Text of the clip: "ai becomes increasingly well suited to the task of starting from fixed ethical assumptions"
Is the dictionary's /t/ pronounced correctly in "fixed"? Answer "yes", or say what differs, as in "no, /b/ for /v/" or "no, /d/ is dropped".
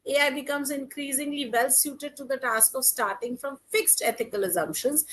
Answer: yes